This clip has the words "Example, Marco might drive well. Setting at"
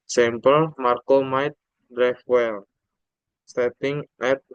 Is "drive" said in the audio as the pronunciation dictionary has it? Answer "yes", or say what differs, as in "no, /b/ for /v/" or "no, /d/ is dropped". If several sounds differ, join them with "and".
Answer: no, /f/ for /v/